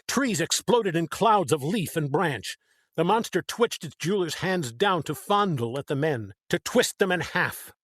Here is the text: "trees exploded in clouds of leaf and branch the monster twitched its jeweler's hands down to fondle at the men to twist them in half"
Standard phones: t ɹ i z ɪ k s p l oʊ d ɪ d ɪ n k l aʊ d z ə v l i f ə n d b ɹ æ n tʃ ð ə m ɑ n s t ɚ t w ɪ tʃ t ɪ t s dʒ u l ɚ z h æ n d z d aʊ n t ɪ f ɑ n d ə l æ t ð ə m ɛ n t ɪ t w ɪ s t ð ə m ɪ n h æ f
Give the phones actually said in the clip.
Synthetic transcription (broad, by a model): t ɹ i z ɪ k s p l oʊ d ɪ d ɪ n k l aʊ d z ə v l i f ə n b ɹ æ n tʃ ð ə m ɑ n s t ɚ t w ɪ tʃ t ɪ t s dʒ u l ɚ z h æ n d z d aʊ n t ɪ f ɑ n d l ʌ t ð ə m ɛ n t ɪ t w ɪ s t ð ə m ɪ n h æ f